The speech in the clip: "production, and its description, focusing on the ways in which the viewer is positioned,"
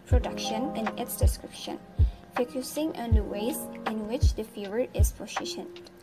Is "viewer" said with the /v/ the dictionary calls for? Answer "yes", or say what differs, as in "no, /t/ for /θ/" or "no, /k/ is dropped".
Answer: no, /f/ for /v/